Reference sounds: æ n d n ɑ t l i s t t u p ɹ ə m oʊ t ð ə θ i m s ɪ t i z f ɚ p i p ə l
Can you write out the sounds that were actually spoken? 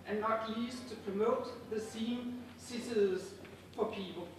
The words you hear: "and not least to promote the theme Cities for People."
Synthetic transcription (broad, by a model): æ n n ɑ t l i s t t u p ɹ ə m oʊ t ð ə s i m s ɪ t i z f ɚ p i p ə l